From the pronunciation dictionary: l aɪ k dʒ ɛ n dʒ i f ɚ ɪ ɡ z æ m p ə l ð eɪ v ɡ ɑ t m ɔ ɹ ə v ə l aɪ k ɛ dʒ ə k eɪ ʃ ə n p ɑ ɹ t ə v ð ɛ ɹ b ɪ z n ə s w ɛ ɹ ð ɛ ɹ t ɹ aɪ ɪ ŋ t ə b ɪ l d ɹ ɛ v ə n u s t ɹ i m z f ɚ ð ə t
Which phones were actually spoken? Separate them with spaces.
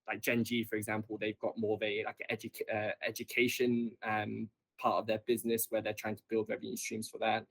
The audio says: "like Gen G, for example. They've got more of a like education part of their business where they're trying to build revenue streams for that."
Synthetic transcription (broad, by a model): l aɪ k dʒ ɛ n dʒ i f ɚ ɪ ɡ z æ m p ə l ð eɪ v ɡ ɑ t m ɔ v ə ə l aɪ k ɛ dʒ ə k eɪ ʃ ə n p ɑ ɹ t ə v ð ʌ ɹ b ɪ z n ə s w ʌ ð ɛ t ɹ aɪ ɪ ŋ t ə b ɪ l d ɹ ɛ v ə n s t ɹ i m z f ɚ ð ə t